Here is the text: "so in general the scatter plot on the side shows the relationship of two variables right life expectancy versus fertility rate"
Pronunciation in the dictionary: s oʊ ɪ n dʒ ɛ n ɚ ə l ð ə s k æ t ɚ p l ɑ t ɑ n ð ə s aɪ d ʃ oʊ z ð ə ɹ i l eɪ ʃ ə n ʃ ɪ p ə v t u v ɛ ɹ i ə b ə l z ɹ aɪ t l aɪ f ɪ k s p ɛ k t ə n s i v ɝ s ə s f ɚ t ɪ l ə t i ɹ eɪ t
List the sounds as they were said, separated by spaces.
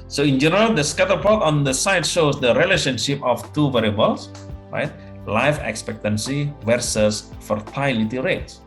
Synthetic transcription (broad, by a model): s oʊ ɪ n dʒ ɛ n ɚ ə l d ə s k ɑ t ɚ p ɑ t ɑ n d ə s aɪ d ʃ oʊ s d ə ɹ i l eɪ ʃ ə n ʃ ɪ p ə f t u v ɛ ɹ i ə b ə l s ɹ aɪ t l aɪ f ɪ k s p ɛ k t ə n s i v ɝ s ə s f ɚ t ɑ l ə t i ɹ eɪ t